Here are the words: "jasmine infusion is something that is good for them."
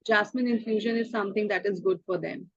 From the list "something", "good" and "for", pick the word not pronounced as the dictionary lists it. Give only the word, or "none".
something